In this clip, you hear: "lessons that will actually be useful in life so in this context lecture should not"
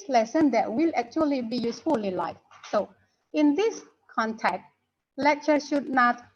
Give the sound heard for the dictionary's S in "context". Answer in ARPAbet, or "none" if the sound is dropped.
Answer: none